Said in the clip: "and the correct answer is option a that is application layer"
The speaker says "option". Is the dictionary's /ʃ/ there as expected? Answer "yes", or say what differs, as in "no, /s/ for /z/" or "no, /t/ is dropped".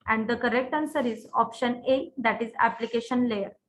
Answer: yes